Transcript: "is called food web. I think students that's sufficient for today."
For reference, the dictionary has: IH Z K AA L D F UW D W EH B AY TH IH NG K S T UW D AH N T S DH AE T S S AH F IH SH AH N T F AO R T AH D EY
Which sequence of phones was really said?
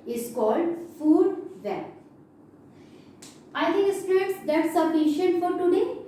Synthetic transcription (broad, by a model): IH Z K AA L D F UW D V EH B AY T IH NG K S T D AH T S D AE T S S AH F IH SH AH N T F AO R T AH D EY